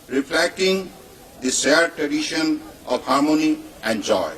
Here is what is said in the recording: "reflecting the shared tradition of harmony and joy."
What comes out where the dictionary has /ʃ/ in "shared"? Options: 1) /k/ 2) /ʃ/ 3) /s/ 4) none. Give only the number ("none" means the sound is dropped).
3